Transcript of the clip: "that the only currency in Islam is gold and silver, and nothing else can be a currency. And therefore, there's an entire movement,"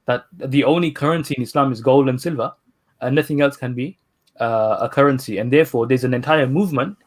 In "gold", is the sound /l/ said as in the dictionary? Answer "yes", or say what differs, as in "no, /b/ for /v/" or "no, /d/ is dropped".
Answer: yes